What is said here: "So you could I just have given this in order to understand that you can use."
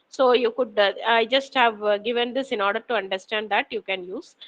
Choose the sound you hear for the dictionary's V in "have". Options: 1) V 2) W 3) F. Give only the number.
1